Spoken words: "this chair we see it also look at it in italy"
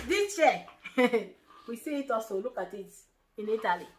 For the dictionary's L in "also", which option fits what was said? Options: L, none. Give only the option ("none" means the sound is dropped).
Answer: none